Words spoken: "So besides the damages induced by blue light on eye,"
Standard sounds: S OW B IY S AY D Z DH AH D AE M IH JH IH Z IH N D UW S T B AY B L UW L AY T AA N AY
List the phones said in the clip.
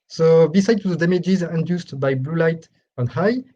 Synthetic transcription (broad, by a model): S OW B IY S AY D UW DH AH D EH M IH JH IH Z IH N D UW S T B AY B L UW L AY T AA N AY